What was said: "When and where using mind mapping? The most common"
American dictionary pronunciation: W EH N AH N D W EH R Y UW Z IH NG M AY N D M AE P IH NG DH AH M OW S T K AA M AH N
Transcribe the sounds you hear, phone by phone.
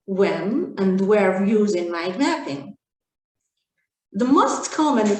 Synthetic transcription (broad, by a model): W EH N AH N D W EH R Y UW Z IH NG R AY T M AE P IH NG DH AH M OW S T K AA M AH N